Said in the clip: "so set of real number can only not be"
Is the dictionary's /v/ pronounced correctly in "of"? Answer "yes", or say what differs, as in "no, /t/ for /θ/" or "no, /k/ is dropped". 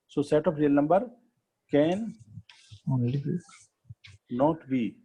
no, /p/ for /v/